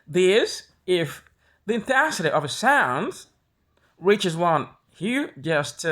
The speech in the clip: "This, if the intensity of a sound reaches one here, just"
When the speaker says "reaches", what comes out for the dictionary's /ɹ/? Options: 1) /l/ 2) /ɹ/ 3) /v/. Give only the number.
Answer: 2